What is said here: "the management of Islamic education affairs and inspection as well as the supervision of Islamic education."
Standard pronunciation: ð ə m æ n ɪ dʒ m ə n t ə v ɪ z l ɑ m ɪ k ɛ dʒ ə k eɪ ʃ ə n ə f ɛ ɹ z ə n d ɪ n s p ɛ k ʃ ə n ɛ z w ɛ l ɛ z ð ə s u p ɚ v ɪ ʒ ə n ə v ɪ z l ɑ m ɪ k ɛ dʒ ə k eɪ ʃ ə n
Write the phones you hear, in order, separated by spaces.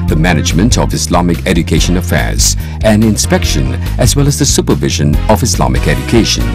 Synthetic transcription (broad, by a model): ð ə m æ n ɪ dʒ m ə n t ə v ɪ s l ɑ m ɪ k ɛ dʒ ə k eɪ ʃ ə n ə f ɛ ɹ z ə n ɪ n s p ɛ k ʃ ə n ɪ z w ɛ l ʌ z ð ə s u p ɚ v ɪ ʒ ə n ə v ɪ s l ɑ m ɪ k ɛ dʒ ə k eɪ ʃ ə n